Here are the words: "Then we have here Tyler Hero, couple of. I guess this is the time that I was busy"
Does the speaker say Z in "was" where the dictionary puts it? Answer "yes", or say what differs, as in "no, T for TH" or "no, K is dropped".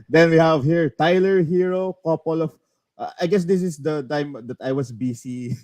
no, S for Z